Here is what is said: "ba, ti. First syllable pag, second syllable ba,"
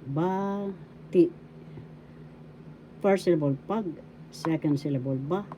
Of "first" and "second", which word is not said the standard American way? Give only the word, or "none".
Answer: first